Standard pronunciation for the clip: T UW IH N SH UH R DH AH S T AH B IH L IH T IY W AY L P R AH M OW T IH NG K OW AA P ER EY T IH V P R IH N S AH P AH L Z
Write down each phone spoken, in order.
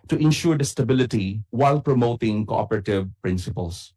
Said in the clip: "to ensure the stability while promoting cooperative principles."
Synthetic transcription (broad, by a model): T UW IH N SH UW R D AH S T AH B IH L IH T IY W AY L P R AH M OW T IH NG K OW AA P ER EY T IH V P R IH N S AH P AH L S